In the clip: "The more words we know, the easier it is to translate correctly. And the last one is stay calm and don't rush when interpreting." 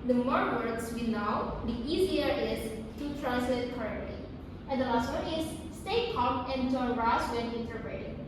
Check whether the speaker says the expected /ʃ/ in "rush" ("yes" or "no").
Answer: no